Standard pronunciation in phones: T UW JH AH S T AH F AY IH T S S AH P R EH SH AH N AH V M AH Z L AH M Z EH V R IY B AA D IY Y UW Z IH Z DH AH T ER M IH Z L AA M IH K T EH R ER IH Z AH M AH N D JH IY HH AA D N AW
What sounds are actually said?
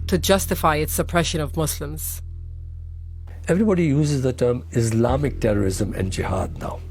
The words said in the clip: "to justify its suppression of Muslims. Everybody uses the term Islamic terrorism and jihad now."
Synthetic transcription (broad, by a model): T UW JH AH S T AH F AY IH T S S AH P R EH SH AH N AH V M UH S L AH M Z EH V R IY B AA D IY Y UW Z IH Z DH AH T ER M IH S L AA M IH K T EH R ER IH Z AH M AH N D JH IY HH AA D N AW